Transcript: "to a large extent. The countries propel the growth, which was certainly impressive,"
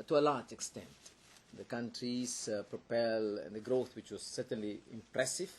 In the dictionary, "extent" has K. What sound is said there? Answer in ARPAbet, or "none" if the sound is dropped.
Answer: K